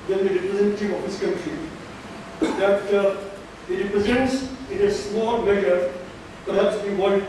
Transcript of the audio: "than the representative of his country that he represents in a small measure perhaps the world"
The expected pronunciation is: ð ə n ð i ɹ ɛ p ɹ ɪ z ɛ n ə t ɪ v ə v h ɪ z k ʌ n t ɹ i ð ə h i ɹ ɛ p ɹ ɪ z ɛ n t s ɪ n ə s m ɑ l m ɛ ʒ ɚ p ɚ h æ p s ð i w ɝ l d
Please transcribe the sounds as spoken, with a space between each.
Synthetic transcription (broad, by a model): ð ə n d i ɹ ɛ p ɹ ɪ z ɛ n ə t ɪ v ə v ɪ s k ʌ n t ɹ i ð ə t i ɹ ɛ p ɹ ɪ z ɛ n t s ɪ n ə s m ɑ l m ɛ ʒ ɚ p ɚ h æ p s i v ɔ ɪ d